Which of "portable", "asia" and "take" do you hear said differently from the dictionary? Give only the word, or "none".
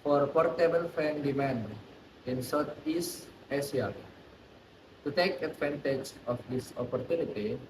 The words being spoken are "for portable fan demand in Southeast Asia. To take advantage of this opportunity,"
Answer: asia